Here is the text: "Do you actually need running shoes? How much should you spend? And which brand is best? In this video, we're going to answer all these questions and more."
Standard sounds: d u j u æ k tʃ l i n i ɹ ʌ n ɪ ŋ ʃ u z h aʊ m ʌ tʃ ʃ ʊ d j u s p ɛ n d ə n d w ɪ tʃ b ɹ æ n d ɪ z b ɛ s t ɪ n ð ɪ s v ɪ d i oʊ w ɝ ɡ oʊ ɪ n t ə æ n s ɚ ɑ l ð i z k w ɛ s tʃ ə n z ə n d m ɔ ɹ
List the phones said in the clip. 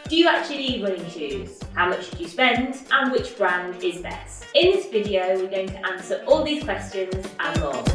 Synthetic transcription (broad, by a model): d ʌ j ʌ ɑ k tʃ i l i w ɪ l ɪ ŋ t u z h aʊ m ʌ tʃ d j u s p ɛ n d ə n w ɪ tʃ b ɹ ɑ n d ɪ z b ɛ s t ɪ n ð ɪ s v ɪ d i oʊ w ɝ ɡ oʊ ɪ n t ə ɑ n s ɚ ɑ l ð i z k w ɛ s tʃ ə n z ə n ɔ